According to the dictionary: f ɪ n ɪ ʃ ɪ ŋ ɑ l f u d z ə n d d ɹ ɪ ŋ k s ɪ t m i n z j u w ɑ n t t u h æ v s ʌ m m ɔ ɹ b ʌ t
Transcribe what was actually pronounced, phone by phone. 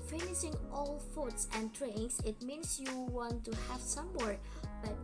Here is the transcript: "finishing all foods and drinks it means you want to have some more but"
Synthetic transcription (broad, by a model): f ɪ n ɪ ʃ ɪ ŋ ɑ l f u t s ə n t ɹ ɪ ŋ s ɪ t m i n s j u w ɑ n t t u h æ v s ʌ m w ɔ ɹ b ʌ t